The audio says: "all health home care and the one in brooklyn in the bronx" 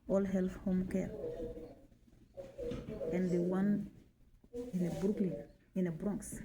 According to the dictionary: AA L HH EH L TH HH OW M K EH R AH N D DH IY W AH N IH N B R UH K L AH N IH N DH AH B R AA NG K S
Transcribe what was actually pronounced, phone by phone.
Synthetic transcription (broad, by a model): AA L HH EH L F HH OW M K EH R AH N D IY W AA N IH N B R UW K L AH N IH N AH B R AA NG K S